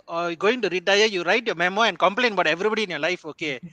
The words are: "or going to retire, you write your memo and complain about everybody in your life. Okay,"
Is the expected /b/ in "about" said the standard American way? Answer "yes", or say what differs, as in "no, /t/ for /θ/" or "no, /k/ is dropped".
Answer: no, /b/ is dropped